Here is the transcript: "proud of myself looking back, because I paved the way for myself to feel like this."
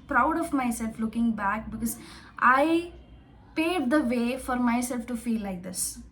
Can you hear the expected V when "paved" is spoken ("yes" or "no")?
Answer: no